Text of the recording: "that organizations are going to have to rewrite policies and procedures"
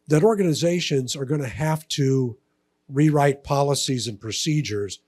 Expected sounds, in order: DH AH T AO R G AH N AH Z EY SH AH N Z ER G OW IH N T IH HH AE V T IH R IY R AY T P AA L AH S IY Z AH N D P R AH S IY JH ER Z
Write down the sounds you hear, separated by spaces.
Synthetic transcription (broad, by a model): DH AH T AO R G AH N AH Z EY SH AH N Z ER G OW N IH HH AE F T IH R IY R AY T P AA L AH S IY Z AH N P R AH S IY JH ER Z